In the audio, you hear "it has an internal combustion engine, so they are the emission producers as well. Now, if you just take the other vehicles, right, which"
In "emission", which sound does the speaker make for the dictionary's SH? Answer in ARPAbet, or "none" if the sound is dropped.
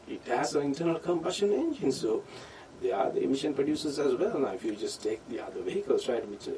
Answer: SH